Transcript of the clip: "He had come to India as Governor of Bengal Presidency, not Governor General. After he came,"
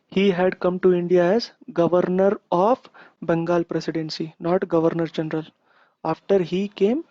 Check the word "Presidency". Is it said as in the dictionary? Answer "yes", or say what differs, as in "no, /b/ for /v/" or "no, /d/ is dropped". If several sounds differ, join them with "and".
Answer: no, /s/ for /z/